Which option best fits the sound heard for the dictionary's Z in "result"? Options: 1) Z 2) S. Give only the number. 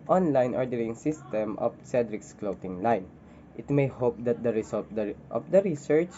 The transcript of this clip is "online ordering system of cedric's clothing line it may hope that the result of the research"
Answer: 2